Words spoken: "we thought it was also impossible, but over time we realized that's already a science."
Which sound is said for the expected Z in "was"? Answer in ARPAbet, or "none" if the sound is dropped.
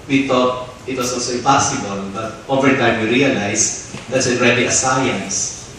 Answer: S